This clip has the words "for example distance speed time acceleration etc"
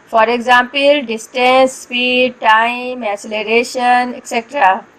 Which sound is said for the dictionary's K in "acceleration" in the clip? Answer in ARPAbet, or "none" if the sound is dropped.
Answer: none